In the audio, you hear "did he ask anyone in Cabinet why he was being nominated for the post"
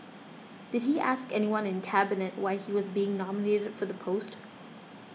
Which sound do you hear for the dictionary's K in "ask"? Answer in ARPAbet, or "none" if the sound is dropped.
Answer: K